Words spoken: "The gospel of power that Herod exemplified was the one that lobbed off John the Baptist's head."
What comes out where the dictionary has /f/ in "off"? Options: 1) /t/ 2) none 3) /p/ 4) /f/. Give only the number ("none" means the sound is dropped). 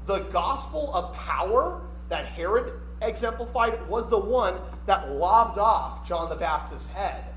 4